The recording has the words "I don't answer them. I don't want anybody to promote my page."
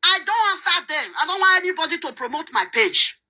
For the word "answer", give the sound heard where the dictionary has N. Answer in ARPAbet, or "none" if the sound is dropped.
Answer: none